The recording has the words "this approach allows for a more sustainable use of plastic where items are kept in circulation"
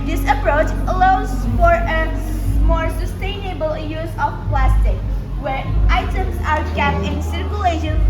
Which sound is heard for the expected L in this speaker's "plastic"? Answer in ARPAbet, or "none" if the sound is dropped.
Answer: L